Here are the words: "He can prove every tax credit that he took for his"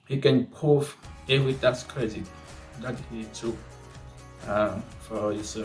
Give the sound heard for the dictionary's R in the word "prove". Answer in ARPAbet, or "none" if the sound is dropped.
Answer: none